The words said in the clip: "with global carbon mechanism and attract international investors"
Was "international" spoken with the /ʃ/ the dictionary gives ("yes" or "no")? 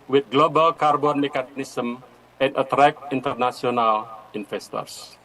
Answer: no